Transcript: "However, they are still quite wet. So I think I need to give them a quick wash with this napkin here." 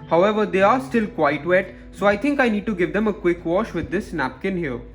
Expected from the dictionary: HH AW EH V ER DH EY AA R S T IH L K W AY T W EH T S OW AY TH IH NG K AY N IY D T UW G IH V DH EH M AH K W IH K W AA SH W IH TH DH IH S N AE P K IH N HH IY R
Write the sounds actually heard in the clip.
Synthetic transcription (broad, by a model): HH AW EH V ER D EY AA R S T IH L K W AY T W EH T S OW AY T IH NG K AY N IY D T UW G IH V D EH M AH K W IH K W AA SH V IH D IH S N AE P K IH N HH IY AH